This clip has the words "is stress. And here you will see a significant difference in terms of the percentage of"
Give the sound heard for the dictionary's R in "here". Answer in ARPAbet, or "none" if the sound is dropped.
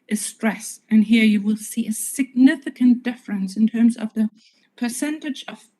R